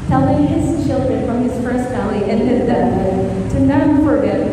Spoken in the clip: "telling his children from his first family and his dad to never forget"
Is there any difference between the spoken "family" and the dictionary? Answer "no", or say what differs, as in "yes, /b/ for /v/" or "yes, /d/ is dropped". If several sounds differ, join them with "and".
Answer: no